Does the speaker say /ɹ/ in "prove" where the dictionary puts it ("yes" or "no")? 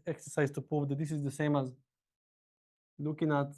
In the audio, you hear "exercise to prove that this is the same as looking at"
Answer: no